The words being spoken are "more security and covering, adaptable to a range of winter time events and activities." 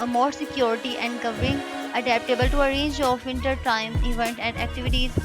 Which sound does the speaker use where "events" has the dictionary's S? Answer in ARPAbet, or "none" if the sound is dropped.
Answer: none